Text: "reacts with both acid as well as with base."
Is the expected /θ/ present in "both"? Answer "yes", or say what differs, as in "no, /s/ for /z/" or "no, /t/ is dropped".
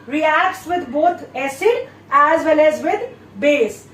no, /t/ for /θ/